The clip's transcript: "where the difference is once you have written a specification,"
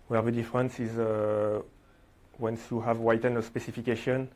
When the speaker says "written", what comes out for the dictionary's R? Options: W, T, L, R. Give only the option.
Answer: W